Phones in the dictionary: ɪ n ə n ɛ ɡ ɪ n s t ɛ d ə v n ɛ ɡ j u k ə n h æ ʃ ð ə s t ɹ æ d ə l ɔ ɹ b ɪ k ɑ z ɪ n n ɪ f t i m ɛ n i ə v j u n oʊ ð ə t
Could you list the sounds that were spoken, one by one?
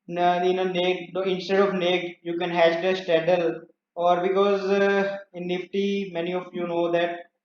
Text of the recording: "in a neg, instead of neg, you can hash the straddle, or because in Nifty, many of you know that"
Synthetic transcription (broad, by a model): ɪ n ə n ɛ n ɪ n s t ɛ d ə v n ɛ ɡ j u k ə n h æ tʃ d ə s t ɛ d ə l ɔ ɹ b ɪ k ɑ z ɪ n n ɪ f t i m ɛ n i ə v j u n oʊ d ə t